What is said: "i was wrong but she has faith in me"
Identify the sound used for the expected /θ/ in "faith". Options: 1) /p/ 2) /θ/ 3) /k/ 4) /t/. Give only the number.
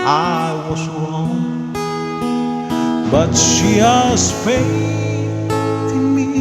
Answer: 4